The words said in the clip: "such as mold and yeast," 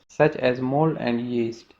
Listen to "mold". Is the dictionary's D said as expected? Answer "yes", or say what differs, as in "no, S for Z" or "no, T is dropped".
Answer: no, D is dropped